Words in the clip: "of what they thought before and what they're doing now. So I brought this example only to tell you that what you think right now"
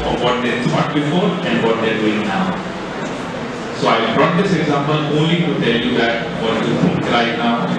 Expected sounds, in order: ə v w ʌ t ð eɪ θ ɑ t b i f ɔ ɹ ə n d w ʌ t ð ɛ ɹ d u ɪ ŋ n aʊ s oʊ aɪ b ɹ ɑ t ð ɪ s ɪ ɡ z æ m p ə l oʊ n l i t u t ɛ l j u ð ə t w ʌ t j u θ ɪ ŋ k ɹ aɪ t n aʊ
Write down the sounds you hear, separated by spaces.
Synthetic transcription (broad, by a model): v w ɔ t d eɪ t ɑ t b i f ɔ ɹ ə n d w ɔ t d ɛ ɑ d u ɪ ŋ n aʊ s oʊ aɪ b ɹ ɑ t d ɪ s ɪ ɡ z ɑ m p ə l oʊ n l i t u t ɛ l j u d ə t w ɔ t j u f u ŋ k ɹ aɪ t n aʊ